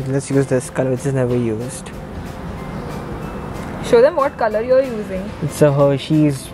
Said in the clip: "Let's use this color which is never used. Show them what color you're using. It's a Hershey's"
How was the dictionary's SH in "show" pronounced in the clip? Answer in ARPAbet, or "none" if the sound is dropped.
SH